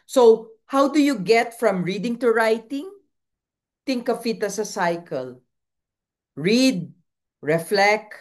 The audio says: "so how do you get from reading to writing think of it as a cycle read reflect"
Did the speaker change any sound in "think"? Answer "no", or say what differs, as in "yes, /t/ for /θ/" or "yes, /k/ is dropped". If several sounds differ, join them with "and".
yes, /t/ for /θ/